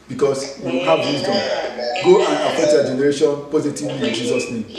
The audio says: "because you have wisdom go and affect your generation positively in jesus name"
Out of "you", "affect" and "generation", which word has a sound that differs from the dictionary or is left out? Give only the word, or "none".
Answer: affect